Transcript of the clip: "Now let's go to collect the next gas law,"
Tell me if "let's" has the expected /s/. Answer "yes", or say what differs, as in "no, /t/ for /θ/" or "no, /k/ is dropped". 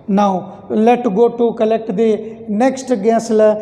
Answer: no, /s/ is dropped